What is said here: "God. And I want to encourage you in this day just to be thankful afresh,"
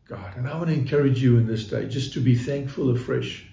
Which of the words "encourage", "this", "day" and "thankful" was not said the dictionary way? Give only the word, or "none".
none